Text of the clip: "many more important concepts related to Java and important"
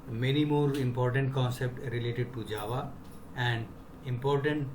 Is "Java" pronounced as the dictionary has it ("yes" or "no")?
yes